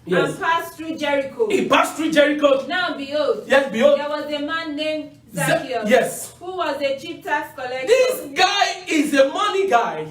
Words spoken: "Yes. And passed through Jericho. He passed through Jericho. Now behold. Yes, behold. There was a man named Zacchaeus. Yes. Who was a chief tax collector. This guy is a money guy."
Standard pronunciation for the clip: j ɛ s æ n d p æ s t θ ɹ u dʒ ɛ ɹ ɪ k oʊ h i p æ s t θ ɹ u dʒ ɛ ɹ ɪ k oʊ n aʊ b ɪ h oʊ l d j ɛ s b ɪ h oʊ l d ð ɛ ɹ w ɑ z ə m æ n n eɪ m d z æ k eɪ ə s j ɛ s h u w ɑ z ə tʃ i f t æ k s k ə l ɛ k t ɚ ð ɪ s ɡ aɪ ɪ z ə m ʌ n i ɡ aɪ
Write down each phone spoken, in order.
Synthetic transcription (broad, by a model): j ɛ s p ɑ s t ɹ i dʒ ɛ ɹ ɪ k oʊ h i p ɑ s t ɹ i dʒ ɛ ɹ ɪ k oʊ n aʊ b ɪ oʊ d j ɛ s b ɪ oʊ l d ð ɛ w ɑ z ə m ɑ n n eɪ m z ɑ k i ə j ɛ s h u w ɑ z ə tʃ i p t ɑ s k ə l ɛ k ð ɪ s ɡ aɪ ɪ z ə m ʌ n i ɡ aɪ